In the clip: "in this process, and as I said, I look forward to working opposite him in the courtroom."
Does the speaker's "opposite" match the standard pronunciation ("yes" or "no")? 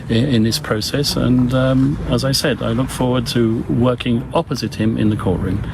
yes